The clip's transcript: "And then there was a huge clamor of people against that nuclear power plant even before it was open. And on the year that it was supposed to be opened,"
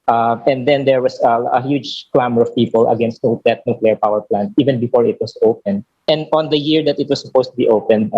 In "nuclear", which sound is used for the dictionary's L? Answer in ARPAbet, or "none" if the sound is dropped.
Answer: L